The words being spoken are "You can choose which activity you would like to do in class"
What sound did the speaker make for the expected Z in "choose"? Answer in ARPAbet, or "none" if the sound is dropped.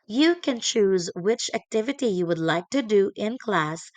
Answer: Z